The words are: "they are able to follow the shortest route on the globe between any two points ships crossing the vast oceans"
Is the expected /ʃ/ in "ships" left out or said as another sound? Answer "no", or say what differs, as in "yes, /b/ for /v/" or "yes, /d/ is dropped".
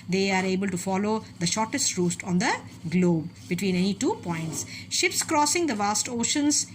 no